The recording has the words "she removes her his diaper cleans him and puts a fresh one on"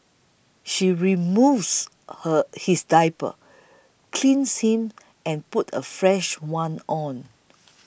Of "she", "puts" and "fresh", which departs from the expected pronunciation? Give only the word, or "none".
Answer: puts